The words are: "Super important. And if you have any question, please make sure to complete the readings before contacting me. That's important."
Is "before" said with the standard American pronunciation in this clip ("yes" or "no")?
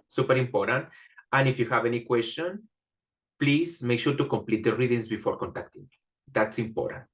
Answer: yes